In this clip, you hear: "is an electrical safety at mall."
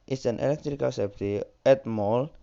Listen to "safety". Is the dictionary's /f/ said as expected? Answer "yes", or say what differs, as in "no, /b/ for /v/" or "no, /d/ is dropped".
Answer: no, /p/ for /f/